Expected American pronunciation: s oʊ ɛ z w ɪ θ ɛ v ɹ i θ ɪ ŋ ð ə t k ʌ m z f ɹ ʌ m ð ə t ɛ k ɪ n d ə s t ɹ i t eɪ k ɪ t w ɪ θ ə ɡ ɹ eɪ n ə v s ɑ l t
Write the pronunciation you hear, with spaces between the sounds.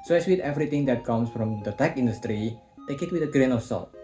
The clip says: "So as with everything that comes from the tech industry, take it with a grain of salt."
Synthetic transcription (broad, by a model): s oʊ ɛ s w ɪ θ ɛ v ɹ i t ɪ ŋ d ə t k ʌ m s f ɹ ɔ m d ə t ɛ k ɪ n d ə s t ɹ i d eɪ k ɪ t w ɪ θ ə ɡ ɹ eɪ n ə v s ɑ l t